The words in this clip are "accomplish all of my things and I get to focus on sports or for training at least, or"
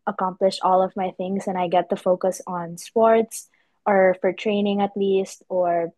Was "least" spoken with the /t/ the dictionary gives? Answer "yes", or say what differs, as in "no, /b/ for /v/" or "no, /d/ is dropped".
yes